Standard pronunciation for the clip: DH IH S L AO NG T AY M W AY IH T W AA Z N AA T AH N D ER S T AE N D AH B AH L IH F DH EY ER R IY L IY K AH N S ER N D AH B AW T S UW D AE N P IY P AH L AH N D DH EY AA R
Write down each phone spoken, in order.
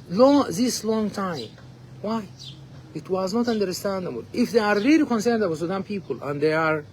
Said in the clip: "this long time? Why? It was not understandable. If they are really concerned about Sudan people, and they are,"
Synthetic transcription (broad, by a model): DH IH S L AO NG T AY M W AY IH T W AA Z N AA T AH N D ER S T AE N D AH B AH L IH F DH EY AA R IY L IY K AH N S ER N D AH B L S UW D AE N P IY P AH L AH N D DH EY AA R